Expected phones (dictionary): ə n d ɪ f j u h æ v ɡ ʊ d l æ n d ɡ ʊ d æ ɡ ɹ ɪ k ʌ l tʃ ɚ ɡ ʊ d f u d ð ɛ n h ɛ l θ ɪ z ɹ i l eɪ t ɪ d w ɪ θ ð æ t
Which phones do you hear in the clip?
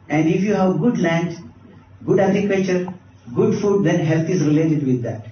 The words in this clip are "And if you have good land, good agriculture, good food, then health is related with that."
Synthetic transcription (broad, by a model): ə n d ɪ f j u h æ v ɡ ʊ d l æ n d ɡ ʊ d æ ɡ ɹ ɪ k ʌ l tʃ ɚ ɡ ʊ d f u d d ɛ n h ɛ l t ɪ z ɹ i l eɪ t ɪ d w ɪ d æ t